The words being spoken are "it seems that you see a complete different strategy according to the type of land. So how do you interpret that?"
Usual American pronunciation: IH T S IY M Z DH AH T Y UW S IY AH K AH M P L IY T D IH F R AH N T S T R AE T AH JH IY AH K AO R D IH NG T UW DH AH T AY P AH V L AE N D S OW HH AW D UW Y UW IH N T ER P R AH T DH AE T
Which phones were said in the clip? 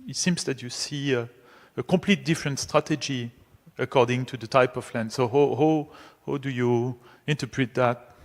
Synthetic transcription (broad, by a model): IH T S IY M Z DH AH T Y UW S IY AH K AH M P L IY T D IH F R AH N T S T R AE T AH JH IY AH K AO R D IH NG T UW DH AH T AY P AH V L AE N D S OW HH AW D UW Y UW IH N T ER P R AH T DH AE T